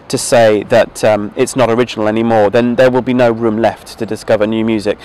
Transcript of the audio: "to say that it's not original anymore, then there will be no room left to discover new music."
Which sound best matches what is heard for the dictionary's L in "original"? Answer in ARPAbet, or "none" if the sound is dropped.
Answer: L